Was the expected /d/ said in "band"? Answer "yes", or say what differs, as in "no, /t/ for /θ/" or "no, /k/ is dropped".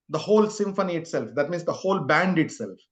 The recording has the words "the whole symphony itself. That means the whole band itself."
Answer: yes